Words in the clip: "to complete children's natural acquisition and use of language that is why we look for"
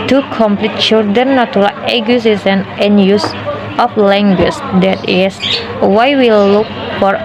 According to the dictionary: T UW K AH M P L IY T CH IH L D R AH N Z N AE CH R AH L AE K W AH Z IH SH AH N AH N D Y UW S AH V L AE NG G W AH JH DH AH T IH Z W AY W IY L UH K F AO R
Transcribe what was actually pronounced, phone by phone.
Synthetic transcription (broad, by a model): T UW K AH M P L IY T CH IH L D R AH N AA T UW R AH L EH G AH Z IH S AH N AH N Y UW S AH F L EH NG G W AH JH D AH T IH S W AY W IY L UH K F AO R